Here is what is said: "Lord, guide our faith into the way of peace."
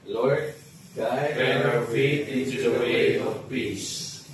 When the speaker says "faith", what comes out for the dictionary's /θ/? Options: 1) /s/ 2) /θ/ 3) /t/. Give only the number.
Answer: 3